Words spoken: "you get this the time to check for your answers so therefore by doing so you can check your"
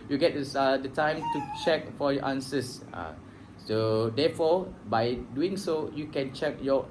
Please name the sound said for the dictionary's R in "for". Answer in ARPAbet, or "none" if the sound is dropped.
L